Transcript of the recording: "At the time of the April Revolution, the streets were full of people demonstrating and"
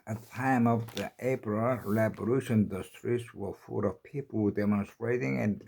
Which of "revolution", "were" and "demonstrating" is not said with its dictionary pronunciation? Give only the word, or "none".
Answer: revolution